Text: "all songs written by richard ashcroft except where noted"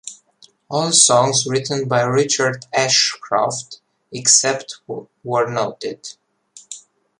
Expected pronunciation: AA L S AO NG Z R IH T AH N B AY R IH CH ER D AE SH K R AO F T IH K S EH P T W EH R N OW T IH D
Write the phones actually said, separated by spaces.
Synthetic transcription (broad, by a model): AA L S AO NG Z R IH T AH N B AY R IH CH ER D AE SH K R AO F T IH K S EH P T W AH R N OW T IH D